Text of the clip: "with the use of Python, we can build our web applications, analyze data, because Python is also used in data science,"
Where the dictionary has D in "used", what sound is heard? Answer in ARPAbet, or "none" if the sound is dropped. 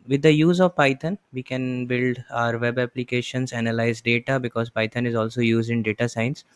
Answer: D